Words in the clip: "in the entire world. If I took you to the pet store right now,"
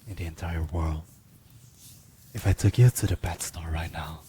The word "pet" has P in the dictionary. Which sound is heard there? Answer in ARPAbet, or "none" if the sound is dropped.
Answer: B